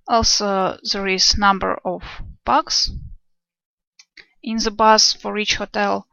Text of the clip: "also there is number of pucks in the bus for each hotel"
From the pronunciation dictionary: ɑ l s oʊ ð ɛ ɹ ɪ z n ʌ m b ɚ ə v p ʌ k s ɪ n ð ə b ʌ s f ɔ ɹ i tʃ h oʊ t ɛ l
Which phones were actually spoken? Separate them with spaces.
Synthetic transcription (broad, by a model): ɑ l s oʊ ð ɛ ɹ ɪ z n ʌ m b ɚ ə v b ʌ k s ɪ n ð ə b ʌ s f ɔ ɹ i tʃ h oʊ t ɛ l